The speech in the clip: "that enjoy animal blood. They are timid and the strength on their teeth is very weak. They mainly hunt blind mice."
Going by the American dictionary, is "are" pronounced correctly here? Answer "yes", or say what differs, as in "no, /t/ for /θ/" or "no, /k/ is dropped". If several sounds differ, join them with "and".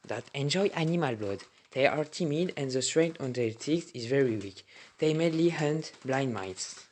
yes